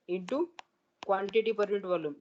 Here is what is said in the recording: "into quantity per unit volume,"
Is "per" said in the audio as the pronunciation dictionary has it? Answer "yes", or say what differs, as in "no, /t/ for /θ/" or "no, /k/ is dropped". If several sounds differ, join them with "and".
yes